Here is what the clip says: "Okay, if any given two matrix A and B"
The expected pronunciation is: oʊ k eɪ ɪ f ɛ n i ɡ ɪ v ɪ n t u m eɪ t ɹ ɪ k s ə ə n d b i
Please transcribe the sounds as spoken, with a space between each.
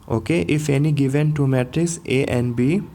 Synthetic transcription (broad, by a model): oʊ k eɪ ɪ f ɛ n i ɡ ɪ v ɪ n t u m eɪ t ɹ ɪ s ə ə n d b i